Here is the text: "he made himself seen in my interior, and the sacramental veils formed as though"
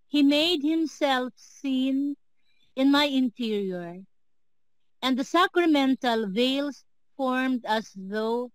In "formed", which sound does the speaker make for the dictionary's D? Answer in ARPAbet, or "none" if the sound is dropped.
D